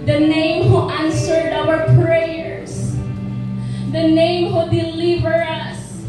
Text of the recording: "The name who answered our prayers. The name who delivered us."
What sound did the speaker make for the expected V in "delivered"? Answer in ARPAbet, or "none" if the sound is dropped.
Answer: V